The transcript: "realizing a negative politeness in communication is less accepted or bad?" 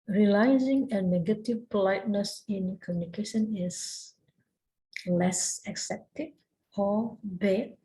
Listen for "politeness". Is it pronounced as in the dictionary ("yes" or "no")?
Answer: yes